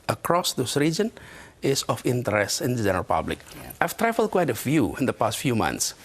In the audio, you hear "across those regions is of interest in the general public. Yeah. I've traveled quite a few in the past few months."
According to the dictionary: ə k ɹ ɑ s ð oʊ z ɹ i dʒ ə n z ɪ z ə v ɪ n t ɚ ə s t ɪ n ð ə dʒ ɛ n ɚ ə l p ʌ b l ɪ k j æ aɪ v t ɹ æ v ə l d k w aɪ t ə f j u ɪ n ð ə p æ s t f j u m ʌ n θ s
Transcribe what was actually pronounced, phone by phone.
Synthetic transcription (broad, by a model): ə k ɹ ɑ s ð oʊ s ɹ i dʒ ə n ɪ s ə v ɪ n t ɚ ə s t ɪ n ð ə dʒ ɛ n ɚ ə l p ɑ b l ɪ k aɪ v t ɹ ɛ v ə l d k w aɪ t ə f j u ɪ n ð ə p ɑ s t f j u m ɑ n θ s